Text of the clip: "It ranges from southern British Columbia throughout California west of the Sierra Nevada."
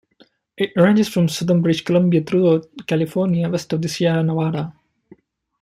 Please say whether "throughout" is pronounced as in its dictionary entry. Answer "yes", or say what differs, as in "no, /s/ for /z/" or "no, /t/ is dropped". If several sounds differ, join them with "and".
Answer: no, /t/ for /θ/